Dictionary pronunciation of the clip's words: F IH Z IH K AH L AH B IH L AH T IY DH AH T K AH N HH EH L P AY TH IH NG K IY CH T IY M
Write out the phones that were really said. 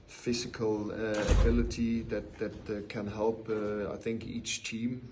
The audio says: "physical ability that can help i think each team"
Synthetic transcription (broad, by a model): F IH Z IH K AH L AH B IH L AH T IY DH AH T K AH N HH EH L P AY TH IH NG K IY CH T IY M